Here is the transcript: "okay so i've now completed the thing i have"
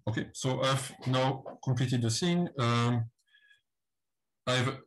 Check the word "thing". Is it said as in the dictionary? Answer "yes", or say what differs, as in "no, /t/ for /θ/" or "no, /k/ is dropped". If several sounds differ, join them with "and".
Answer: no, /s/ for /θ/